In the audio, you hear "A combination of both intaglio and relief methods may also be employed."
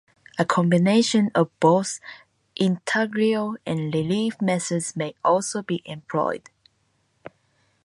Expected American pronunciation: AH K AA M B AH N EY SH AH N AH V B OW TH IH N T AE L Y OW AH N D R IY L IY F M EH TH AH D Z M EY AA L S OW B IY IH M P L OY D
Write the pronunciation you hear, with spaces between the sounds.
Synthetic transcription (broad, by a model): AH K AA M B AH N EY SH AH N AH V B OW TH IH N T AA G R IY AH N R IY L IY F M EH S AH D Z M EY AA L S OW B IY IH M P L OY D